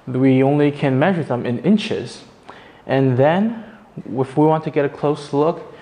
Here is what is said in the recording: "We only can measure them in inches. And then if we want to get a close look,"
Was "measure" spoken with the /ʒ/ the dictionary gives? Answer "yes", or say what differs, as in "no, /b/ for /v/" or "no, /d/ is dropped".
yes